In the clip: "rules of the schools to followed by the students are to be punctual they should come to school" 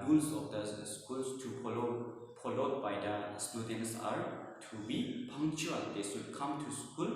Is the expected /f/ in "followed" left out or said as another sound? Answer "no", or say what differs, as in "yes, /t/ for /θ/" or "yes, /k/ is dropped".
yes, /p/ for /f/